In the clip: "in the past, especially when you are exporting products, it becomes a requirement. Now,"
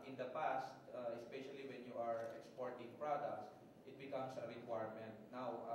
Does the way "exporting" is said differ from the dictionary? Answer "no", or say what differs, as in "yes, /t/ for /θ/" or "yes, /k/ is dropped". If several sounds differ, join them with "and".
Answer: no